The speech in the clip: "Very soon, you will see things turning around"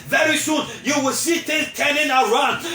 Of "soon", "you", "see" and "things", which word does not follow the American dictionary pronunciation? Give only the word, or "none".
things